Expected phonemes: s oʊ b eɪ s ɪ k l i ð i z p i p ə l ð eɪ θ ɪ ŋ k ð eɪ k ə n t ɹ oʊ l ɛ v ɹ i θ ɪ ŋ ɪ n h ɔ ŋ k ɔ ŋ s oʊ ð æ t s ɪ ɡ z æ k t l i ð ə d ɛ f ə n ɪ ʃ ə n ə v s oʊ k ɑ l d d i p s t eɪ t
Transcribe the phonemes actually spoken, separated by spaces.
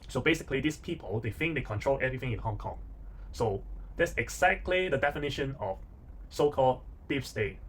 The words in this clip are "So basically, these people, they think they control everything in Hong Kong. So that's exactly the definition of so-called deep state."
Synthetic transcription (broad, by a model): s oʊ b eɪ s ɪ k l i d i s p i p ə l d eɪ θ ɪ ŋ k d eɪ k ə n t ɹ oʊ l ɛ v ɹ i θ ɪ ŋ ɪ n h ɔ ŋ k ɔ ŋ s oʊ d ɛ t s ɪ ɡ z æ k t l i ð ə d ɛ f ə n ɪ ʃ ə n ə f s oʊ k ɑ l d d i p s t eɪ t